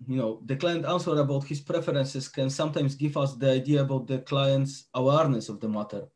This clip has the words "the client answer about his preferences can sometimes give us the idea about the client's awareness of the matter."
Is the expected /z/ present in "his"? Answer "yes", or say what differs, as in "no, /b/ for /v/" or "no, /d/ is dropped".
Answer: no, /s/ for /z/